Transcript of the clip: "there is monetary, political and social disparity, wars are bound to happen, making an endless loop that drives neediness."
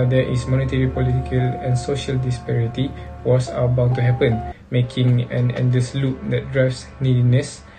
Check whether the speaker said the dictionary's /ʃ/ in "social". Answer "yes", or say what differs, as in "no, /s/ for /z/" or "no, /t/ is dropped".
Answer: yes